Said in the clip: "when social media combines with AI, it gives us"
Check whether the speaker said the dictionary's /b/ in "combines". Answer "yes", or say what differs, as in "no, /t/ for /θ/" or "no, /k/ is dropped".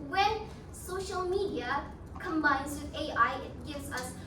yes